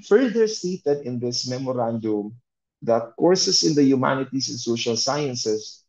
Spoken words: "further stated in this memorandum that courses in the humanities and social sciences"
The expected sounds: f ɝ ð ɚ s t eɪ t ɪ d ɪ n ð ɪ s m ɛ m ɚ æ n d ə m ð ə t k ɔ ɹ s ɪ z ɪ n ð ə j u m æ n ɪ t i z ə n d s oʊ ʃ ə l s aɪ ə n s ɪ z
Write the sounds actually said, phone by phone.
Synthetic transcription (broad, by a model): f ɝ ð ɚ s t eɪ t ɪ d ɪ n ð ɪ s m ɛ m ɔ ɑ n d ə m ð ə t k ɔ ɹ s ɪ s ɪ n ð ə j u m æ n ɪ t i s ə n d s oʊ ʃ ə l s aɪ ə n s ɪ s